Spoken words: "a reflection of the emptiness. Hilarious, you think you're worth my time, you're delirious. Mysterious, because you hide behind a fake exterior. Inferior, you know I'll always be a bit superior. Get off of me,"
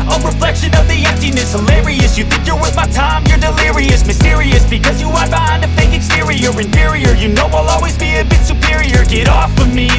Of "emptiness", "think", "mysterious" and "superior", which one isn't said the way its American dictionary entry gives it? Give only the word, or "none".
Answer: none